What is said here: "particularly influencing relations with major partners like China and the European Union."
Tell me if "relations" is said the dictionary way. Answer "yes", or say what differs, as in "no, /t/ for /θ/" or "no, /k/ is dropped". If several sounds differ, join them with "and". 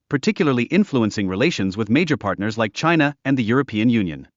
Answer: yes